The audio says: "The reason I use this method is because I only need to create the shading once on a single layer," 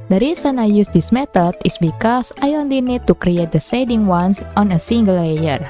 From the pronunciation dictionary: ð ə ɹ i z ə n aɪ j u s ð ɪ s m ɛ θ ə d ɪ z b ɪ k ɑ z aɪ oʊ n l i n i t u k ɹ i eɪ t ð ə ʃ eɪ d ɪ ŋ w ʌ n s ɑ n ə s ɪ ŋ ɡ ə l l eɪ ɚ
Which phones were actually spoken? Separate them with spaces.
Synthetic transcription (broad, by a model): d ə ɹ i s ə n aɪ j u s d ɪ s m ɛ t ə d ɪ s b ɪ k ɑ s aɪ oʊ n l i n i t u k ɹ i eɪ t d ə s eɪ d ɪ ŋ w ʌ n s ɑ n ə s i ŋ ɡ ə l l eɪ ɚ